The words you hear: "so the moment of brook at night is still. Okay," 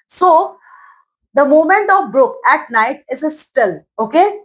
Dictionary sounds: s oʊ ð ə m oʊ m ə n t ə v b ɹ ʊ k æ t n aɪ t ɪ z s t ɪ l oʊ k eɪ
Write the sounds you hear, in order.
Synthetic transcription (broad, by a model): s oʊ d ə m oʊ m ə n t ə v b ɹ ʊ k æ t n aɪ t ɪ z s t ɪ l oʊ k eɪ